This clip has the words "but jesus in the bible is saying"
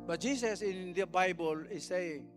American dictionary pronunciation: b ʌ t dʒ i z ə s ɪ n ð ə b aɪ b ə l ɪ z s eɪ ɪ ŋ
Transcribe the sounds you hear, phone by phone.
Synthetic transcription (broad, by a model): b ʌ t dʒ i s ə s ɪ n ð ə b aɪ b ə l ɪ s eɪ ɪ ŋ